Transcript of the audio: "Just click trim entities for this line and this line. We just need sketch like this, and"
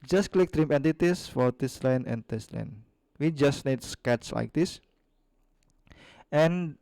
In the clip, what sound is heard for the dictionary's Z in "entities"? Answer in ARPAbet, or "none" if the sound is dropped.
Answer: S